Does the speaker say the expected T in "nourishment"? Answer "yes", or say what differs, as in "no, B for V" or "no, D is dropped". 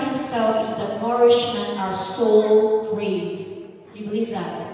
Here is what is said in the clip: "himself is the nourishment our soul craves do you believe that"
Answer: no, T is dropped